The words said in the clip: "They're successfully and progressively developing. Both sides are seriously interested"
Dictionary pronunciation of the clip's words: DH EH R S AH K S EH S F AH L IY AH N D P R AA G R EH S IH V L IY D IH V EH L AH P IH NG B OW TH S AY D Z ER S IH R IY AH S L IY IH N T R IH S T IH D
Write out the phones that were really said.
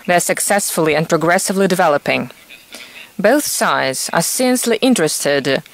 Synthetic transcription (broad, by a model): DH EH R S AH K S EH S F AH L IY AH N P R AA G R EH S IH V L IY D IH V EH L AH P IH NG B OW TH S AY D Z ER S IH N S L IY IH N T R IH S T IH D